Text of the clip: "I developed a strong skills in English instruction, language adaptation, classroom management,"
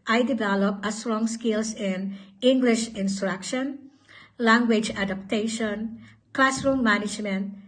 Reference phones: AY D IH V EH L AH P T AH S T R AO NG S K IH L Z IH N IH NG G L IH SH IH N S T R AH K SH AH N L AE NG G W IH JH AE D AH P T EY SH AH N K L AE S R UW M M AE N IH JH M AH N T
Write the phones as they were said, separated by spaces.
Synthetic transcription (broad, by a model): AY D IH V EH L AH P AH S T R AO NG S K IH L S IH N IH NG G L IH SH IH N S T R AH K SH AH N L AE NG G W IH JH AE D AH P T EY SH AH N K L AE S R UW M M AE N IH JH M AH N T